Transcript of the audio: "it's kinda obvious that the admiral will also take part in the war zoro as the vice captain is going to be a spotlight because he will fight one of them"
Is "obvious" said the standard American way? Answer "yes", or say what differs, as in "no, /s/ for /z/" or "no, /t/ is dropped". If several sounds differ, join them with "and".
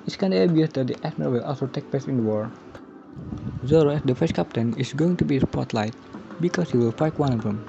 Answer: no, /v/ is dropped